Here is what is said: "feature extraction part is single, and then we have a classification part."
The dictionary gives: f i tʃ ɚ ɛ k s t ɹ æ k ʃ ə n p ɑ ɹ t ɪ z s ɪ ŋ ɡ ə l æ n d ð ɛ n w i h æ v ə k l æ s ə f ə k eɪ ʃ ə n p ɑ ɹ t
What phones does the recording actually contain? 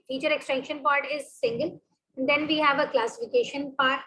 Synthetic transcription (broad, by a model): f i tʃ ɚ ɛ k s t ɛ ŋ ʃ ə n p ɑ ɹ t ɪ z s ɪ ŋ ɡ ə l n d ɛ n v i h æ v ə k l æ s ə f ə k eɪ ʃ ə n p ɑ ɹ t